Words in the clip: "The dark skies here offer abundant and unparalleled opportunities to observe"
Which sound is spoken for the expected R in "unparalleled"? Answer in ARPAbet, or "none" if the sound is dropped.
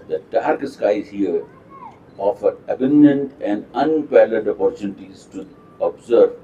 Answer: L